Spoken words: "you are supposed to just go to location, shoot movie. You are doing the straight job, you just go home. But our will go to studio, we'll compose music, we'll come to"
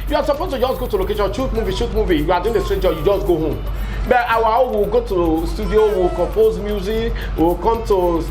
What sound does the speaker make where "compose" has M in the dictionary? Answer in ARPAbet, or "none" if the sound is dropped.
M